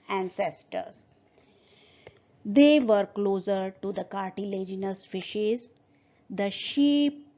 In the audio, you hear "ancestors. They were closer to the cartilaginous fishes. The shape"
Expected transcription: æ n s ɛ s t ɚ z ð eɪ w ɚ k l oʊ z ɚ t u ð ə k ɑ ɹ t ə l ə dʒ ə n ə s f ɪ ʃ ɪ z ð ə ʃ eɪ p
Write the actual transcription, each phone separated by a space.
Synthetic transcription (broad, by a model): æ n s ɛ s t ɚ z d eɪ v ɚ k l oʊ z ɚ t u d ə k ɑ ɹ t ə l ə dʒ ə n ə s f ɪ ʃ ɪ z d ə ʃ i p